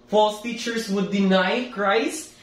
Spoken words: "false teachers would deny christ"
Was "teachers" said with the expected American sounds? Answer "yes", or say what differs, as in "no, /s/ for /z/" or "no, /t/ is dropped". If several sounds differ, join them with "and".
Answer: no, /s/ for /z/